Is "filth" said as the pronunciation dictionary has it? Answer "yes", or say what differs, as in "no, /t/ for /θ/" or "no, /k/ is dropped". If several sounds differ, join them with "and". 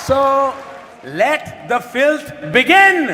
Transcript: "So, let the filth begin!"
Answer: no, /t/ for /θ/